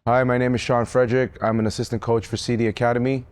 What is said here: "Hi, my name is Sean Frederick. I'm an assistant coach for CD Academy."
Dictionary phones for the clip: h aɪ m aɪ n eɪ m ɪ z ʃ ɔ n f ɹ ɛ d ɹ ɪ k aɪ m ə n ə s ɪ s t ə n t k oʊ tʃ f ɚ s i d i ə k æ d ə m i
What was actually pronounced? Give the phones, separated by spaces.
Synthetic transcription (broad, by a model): h aɪ m aɪ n eɪ m ɪ z ʃ ɔ n f ɹ ɛ d ɹ ɪ k aɪ m ə n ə s ɪ s t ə n k oʊ tʃ f ɚ s i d i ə k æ d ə m i